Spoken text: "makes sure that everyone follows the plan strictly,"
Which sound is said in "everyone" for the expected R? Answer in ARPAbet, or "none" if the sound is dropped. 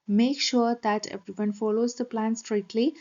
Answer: none